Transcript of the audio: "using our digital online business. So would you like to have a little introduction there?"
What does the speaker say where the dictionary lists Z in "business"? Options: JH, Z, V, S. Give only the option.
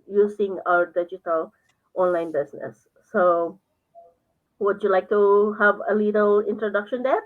S